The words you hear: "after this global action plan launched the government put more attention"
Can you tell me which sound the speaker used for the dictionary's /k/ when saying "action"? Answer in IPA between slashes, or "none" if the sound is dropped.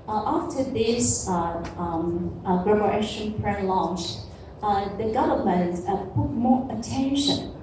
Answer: none